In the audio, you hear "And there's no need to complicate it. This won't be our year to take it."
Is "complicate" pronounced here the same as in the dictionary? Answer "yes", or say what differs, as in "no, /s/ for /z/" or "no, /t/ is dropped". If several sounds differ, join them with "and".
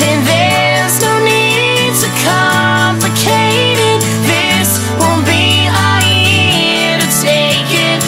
yes